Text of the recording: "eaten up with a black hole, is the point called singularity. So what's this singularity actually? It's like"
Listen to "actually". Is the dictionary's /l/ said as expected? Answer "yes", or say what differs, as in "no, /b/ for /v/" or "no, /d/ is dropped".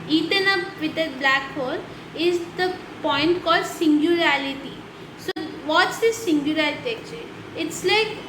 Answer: no, /l/ is dropped